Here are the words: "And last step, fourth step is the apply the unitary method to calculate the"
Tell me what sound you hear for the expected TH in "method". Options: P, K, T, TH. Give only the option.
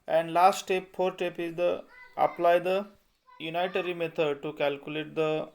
T